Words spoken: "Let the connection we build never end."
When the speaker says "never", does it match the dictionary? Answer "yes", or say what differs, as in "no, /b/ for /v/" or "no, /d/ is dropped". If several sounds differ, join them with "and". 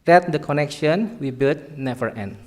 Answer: no, /f/ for /v/